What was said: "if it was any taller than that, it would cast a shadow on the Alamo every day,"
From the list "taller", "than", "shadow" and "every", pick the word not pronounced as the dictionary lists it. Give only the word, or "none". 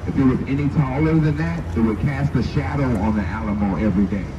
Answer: none